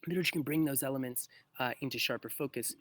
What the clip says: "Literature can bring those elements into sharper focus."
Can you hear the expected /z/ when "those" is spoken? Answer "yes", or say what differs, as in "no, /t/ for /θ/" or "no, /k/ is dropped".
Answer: yes